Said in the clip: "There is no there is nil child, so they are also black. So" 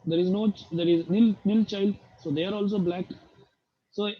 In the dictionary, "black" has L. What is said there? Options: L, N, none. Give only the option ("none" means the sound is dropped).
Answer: L